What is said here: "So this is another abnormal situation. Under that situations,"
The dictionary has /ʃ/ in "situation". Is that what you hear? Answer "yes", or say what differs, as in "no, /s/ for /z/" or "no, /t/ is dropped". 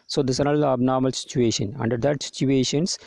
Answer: yes